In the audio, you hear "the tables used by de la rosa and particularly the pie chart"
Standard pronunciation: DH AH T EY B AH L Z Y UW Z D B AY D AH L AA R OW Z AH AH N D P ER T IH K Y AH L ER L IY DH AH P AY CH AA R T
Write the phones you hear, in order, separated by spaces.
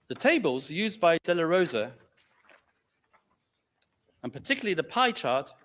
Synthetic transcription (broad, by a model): DH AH T EY B AH L Z Y UW Z B AY D AH L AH R OW Z AH AH N P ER T IH K Y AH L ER L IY DH AH P AY CH AA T